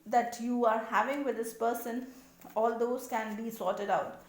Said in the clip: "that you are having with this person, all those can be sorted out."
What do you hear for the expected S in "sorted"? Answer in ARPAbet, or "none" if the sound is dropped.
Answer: S